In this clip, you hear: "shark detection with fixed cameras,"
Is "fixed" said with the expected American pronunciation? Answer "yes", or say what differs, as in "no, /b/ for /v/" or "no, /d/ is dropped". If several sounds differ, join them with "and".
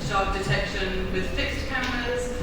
yes